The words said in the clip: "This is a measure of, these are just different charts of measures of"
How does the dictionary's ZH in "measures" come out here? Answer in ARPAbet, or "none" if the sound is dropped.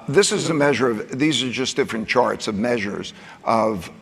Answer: ZH